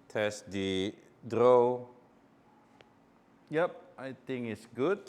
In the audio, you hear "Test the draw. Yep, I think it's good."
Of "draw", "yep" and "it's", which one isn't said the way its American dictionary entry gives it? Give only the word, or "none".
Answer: none